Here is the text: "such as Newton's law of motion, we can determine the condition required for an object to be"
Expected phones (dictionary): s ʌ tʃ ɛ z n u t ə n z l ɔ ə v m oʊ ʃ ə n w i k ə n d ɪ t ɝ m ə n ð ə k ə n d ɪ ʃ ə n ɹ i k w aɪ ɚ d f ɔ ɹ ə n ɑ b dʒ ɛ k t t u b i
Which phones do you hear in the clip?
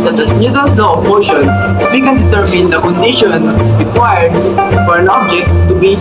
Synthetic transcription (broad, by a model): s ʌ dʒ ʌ s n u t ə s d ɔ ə p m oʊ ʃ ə n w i k ə n d ɪ t ɝ m ə n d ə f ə n d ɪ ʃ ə n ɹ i k w aɪ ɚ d f ɔ ɹ ə n ɑ b dʒ ɛ k t t u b i